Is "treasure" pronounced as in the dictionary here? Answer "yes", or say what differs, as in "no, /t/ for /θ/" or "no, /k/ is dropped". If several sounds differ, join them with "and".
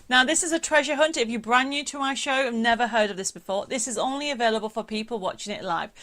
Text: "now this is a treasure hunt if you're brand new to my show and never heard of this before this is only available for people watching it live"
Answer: yes